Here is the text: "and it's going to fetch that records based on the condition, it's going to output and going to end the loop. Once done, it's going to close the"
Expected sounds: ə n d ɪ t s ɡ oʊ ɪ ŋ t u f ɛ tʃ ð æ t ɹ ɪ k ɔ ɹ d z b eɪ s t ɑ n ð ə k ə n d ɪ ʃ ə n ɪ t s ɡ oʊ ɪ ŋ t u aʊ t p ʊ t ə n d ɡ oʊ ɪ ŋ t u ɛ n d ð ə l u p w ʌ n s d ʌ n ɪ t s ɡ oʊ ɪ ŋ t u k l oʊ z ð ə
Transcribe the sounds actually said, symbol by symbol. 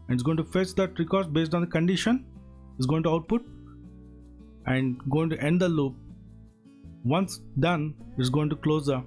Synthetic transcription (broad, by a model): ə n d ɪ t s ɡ oʊ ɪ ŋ t u f ɛ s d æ t ɹ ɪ k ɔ ɹ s b eɪ s t ɑ n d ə k ə n d ɪ ʃ ə n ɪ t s ɡ oʊ ɪ ŋ t u aʊ t p ʊ t ə n d ɡ oʊ ɪ ŋ t u ɛ n d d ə l u p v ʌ n s d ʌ n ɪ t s ɡ oʊ ɪ ŋ t u k l oʊ z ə